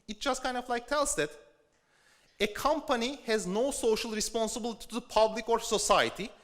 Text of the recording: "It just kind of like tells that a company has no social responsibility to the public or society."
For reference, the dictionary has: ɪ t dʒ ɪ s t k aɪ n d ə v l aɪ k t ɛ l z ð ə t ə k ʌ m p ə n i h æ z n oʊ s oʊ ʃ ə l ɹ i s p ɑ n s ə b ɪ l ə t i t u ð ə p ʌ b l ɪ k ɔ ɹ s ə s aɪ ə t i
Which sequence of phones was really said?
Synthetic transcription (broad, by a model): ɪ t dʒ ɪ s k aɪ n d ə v l aɪ k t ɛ l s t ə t ə k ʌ m p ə n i h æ z n oʊ s oʊ ʃ ə l ɹ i s p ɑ n s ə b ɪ l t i t u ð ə p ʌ b l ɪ k ɔ ɹ s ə s aɪ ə t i